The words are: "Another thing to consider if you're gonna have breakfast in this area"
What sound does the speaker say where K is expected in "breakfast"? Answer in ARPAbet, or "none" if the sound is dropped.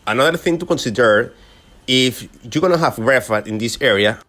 none